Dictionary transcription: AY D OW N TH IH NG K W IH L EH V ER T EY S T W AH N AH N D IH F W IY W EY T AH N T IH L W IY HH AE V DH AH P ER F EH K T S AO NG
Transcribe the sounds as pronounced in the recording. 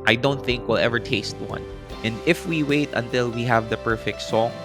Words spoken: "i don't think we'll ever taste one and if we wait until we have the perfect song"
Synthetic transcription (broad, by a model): AY D OW N TH IH NG K W IH L EH V ER T EY S T W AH N AH N D IH F W IY W EY T AH N T IH L W IY HH AE V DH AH P ER F EH K T S AO